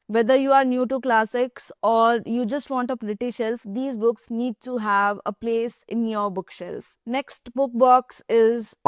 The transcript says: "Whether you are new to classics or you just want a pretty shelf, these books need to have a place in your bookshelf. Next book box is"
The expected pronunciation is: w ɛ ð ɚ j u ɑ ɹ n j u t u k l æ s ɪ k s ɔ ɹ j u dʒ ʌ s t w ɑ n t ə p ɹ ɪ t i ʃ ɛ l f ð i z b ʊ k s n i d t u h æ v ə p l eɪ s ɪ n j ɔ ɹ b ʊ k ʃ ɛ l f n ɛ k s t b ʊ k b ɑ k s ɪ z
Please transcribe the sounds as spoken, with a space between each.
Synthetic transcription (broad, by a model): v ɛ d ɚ j u ɑ ɹ n j u t u k l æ s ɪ k s ɔ ɹ j u dʒ ʌ s t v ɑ n t ə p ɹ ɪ t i ʃ ɛ l f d i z b ʊ k s n i d t u h æ v ə p l eɪ s ɪ n j ɔ ɹ b ʊ k ʃ ɛ l f n ɛ k s t b ʊ k b ɑ k s ɪ z